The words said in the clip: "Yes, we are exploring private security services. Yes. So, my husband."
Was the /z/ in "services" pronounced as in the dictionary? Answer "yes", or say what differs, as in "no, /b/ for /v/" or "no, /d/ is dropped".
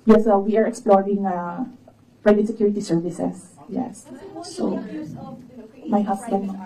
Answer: no, /s/ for /z/